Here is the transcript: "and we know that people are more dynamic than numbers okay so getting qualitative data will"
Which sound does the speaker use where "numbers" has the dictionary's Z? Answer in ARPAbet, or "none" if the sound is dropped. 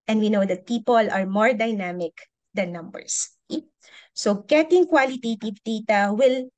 S